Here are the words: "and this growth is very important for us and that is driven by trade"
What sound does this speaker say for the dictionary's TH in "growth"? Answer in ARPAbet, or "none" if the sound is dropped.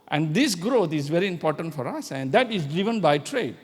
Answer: T